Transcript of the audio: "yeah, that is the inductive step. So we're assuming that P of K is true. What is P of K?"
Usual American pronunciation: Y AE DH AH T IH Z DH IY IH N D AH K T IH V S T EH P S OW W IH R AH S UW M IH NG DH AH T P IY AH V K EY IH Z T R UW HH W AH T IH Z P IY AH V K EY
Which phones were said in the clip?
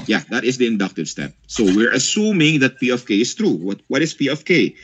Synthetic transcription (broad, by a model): Y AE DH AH T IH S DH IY IH N D AH K T IH V S T EH P S OW W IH R AH S UW M IH NG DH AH T P IY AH F K EY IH S T R UW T W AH T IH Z P IY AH F K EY